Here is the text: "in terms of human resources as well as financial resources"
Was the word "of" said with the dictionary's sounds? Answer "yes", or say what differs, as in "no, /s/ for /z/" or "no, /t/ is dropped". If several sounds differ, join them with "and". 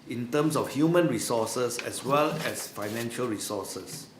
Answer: no, /f/ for /v/